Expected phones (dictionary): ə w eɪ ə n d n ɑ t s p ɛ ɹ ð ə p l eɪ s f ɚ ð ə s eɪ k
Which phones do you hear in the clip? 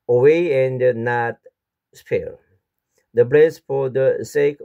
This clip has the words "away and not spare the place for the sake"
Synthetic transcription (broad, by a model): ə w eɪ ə n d n ɑ t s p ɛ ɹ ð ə b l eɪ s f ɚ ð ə s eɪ k